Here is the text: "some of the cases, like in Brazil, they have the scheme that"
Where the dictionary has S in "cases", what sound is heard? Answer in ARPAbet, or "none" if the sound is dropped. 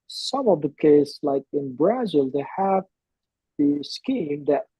none